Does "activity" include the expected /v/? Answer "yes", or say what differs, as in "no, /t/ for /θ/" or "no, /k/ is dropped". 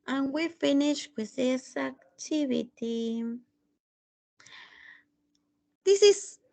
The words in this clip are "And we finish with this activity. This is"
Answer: no, /b/ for /v/